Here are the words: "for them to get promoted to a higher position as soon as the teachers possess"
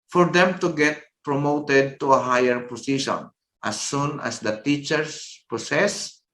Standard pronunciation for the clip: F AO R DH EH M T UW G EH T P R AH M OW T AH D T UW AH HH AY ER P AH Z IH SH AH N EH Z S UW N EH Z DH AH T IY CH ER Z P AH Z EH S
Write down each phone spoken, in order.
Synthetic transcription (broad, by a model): F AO R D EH M T UW G EH T P R AH M OW T AH D T UW AH HH AY ER P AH S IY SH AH N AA S UW N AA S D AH T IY CH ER S P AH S EH S